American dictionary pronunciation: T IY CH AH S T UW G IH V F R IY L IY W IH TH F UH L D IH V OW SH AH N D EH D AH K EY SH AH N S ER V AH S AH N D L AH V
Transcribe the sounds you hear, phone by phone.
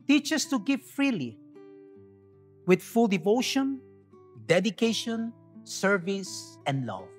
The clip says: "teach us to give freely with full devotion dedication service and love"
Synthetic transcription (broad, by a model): T IY CH AH S T UW G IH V F R IY L IY W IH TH F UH L D IH V OW SH AH N D EH D AH K EY SH AH N S ER V AH S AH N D L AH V